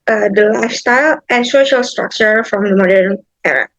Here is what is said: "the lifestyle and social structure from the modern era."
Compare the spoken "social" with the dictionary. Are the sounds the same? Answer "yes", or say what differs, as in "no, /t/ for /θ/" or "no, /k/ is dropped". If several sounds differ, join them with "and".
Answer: yes